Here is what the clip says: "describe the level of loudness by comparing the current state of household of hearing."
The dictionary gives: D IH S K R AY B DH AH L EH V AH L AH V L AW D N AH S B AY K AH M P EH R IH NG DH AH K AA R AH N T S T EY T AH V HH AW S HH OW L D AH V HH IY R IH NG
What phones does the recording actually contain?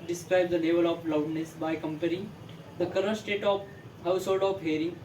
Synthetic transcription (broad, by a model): D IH S K R AY B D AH L EH V AH L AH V L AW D N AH S B AY K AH M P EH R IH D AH K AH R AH T S T EY T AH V HH AW S HH OW L D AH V HH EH R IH